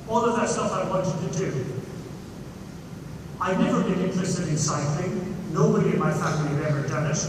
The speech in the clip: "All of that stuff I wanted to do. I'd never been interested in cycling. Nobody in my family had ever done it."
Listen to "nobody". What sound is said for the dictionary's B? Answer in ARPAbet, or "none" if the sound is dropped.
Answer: B